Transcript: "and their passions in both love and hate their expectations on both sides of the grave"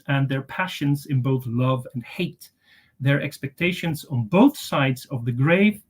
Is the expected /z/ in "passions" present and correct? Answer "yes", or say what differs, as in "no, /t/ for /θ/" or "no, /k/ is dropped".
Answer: yes